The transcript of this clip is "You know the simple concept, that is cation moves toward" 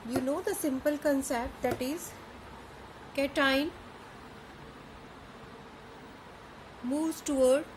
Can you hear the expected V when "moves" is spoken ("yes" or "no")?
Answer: no